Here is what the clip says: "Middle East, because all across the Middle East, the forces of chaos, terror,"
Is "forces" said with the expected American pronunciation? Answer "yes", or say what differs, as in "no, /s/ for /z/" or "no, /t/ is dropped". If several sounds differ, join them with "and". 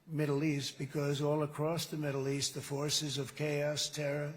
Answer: yes